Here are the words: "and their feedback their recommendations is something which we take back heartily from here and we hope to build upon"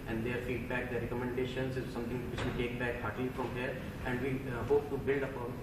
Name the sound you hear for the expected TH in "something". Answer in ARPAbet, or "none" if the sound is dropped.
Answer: T